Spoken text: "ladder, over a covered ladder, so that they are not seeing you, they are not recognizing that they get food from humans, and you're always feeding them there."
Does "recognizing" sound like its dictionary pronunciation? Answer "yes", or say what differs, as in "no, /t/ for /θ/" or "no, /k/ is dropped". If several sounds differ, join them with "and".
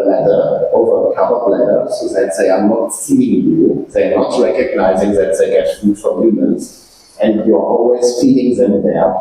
yes